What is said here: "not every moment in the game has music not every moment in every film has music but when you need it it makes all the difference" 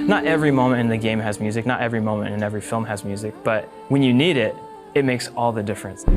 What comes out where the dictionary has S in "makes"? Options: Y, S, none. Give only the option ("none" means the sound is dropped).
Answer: S